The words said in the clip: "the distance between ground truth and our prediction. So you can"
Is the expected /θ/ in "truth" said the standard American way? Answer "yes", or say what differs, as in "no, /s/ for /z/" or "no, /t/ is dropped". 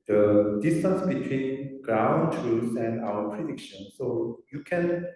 no, /s/ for /θ/